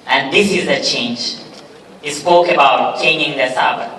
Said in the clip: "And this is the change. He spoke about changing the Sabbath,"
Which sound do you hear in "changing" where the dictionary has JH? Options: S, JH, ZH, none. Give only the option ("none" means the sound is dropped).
none